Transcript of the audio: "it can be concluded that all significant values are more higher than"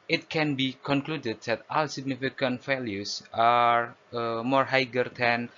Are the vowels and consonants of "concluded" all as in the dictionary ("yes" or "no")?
yes